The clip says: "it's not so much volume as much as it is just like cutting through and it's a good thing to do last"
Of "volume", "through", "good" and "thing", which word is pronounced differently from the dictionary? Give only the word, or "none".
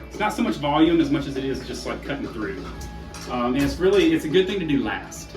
none